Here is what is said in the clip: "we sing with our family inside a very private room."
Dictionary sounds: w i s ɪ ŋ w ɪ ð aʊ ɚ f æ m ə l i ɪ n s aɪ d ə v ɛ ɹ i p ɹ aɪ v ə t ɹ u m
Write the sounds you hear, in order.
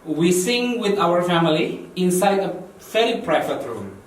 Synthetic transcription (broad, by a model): w i s ɪ ŋ w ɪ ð aʊ ɚ f æ m ə l i ɪ n s aɪ d ə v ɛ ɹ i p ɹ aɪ f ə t ɹ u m